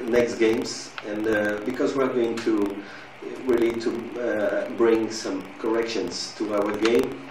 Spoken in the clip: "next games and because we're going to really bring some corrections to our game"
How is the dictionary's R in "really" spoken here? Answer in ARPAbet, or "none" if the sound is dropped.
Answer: W